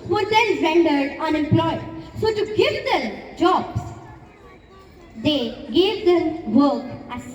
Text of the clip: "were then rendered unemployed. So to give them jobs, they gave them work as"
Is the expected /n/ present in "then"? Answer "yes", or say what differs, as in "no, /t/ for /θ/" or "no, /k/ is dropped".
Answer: no, /l/ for /n/